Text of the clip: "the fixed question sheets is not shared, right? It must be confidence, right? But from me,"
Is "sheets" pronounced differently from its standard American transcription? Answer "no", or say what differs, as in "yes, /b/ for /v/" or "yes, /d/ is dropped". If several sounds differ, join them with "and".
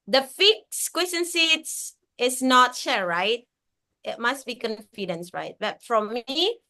yes, /s/ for /ʃ/